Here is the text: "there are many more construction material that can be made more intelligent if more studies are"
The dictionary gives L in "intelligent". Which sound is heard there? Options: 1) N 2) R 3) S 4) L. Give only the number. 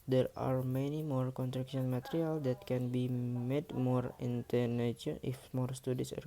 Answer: 1